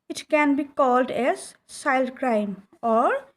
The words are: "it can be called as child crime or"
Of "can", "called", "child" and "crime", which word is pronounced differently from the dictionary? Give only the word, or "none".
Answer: child